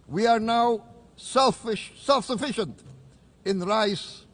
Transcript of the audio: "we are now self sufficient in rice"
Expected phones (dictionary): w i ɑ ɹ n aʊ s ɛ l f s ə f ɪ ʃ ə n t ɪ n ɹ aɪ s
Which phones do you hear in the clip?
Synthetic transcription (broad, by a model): w i ɑ ɹ n aʊ s ɛ l f s ə f ɪ ʃ ə n t ɪ n ɹ aɪ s